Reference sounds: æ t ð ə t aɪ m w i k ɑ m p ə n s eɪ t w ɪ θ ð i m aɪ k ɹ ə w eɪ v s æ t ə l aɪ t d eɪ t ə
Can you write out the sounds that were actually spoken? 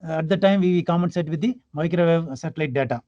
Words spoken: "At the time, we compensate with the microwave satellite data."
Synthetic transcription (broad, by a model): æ t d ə t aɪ m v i k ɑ m ə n s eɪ t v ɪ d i m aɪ k ɹ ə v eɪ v s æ t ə l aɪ t d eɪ t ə